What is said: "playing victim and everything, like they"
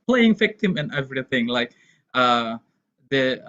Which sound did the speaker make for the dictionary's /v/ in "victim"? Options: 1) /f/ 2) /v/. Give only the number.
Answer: 1